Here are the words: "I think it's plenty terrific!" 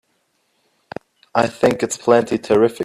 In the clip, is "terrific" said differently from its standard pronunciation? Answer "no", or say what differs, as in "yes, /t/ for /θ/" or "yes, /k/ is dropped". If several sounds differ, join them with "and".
yes, /k/ is dropped